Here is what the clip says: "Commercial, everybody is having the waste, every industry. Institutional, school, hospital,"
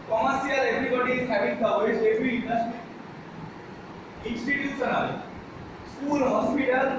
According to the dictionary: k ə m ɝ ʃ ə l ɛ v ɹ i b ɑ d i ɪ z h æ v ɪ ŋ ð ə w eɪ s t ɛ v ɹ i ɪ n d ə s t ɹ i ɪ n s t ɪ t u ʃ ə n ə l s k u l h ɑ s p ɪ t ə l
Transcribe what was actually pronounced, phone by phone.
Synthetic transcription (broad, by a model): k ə m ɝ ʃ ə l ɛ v ɹ i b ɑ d i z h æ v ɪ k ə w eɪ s ɛ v ɹ i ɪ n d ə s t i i n s t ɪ t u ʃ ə n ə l s k u l h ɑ s p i t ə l